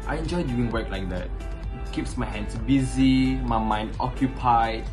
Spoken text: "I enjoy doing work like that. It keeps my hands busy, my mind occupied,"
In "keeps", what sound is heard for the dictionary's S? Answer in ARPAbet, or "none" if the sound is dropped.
S